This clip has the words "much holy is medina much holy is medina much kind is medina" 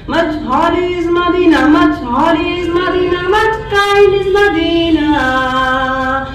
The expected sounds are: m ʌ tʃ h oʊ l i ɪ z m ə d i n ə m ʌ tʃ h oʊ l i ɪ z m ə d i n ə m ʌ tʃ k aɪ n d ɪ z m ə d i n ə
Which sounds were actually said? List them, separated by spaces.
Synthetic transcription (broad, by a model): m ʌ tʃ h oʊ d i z m ə d i n ə m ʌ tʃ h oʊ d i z m ə d i n ə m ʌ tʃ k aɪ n ɪ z m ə d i n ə